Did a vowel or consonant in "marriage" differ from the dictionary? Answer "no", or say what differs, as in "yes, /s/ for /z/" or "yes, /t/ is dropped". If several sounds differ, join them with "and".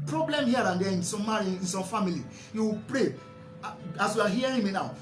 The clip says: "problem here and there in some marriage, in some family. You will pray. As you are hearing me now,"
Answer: yes, /dʒ/ is dropped